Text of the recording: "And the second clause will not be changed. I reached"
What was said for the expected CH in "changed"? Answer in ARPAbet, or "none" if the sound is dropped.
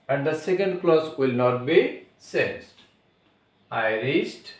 S